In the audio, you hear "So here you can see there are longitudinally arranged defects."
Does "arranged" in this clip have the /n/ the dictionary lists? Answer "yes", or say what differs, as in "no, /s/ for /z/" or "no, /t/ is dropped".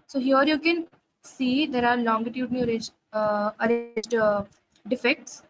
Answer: no, /n/ is dropped